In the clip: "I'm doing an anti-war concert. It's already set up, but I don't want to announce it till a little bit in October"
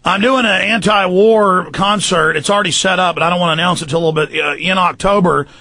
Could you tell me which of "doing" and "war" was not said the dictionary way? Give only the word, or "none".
none